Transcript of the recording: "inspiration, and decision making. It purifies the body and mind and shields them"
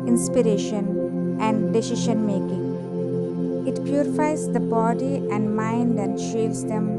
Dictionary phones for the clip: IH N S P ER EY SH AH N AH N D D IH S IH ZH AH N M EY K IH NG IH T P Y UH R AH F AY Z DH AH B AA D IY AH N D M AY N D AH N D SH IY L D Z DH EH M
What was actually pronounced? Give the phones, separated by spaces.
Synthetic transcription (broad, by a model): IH N S P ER EY SH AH N AH N D D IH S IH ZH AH N M EY K IH NG IH T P Y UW R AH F AY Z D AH B AA D IY AH N D M AY N D AH N D SH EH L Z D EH M